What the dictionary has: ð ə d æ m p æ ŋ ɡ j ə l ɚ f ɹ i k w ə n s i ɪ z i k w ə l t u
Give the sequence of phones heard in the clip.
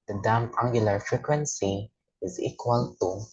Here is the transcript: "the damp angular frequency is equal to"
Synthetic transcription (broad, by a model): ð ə d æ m æ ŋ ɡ j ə l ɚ f ɹ i k w ə n s i ɪ z i k w ə l t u